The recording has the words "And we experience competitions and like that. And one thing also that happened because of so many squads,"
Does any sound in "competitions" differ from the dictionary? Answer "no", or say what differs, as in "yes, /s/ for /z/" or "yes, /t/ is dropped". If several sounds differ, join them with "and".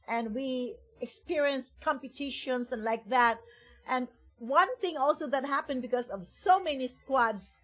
yes, /s/ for /z/